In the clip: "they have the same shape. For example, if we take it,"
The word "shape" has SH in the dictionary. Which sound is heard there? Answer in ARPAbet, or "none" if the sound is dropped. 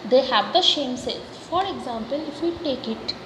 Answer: S